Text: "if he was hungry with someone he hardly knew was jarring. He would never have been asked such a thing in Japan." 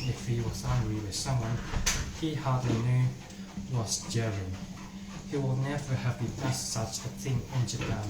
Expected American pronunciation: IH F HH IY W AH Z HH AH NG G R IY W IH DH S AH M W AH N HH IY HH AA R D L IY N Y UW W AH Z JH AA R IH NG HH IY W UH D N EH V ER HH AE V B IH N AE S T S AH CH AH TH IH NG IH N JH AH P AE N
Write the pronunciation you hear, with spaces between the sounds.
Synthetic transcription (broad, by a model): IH F HH IY W AH Z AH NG G R IY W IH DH S AH M W AH N HH IY HH AA R D L IY N Y UW W AH Z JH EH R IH HH IY W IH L N EH V ER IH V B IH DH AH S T S AH CH AH TH IH NG IH N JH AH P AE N